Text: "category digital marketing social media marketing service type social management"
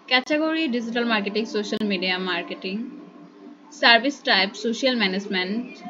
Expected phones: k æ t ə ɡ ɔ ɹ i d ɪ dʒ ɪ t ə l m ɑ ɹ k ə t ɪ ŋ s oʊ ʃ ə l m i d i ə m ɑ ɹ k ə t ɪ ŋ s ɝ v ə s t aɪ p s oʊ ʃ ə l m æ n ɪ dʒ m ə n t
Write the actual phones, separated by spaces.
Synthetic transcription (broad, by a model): k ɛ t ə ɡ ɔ ɹ i d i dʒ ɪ t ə l m ɑ ɹ k ə t ɪ ŋ s oʊ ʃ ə l m i d i ə m ɑ ɹ k ə t ɪ ŋ s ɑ b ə s t aɪ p s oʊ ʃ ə l m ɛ n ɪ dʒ m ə n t